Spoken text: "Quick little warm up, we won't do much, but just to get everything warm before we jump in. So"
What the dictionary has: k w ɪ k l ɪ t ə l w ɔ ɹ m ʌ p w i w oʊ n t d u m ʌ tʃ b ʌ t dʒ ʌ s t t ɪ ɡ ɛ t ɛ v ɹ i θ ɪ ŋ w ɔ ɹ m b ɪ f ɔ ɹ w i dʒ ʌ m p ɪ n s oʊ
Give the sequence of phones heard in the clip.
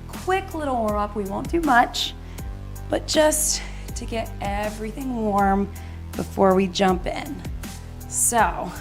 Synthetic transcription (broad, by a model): k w ɪ k l ɪ t l w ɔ ɹ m ʌ p w i w oʊ n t d u m ʌ tʃ b ʌ t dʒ ʌ s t t ɪ ɡ ɛ t ɛ v ɹ i θ ɪ ŋ w ɔ ɹ m b ɪ f ɔ ɹ w i dʒ ʌ m p ɪ n s oʊ